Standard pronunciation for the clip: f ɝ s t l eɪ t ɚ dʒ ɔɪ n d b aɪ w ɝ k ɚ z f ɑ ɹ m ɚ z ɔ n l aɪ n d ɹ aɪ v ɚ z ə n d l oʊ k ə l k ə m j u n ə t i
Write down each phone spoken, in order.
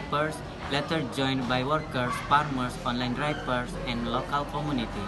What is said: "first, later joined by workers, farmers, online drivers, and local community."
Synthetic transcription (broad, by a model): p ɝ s l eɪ t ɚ dʒ ɔɪ n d b aɪ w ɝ k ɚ s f ɑ ɹ m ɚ s ɔ n l aɪ n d ɹ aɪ p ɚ s ə n d l oʊ k ə l k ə m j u n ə t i